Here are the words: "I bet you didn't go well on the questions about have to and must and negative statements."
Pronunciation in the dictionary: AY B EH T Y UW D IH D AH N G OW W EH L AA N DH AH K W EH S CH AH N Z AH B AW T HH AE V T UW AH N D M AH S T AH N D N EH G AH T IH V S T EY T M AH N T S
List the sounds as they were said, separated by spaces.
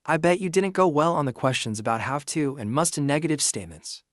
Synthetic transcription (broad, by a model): AY B EH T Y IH D IH D N G OW W EH L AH N DH AH K W EH S CH AH N Z AH B AW T HH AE F T UW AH N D M AH S T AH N N EH G AH T IH V S T EY T M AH N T S